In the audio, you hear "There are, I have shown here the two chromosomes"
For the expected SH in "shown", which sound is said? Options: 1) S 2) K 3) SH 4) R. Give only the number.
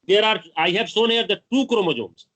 1